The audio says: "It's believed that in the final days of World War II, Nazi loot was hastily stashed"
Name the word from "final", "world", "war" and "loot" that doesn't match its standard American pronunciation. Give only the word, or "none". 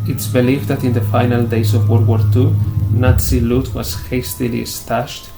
world